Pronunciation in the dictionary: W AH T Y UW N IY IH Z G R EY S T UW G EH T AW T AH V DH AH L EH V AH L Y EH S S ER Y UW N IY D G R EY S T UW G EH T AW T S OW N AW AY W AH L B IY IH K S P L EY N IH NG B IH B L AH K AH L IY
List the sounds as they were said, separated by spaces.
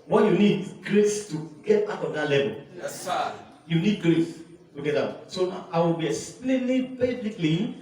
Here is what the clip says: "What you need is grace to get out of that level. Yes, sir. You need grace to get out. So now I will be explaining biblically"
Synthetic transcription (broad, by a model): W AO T Y UW N IY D G R EY S T UW G EH T AW T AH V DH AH L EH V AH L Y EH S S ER Y UW N IY D G R EY S T UW G EH T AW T S OW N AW AY W AH L B IY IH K S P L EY L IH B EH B L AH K L IY